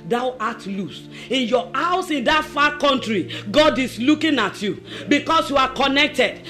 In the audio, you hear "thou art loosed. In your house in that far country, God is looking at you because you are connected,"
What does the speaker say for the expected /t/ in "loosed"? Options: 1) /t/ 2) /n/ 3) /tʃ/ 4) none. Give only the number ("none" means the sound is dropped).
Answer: 4